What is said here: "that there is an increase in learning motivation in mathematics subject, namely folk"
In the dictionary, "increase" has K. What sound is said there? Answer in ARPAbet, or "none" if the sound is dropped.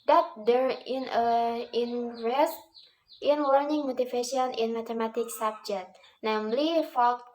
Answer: none